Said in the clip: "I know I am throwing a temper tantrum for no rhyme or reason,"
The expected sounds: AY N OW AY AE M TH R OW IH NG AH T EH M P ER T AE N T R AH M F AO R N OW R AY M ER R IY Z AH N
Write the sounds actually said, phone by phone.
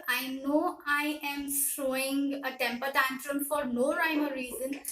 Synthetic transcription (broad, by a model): AY N OW AY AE M S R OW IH NG AH T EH M P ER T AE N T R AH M F AO R N OW R AY M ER R IY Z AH N